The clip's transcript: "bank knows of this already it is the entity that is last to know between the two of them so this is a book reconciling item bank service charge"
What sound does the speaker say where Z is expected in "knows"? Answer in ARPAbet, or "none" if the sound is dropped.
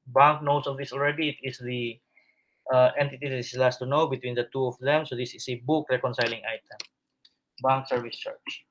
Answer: S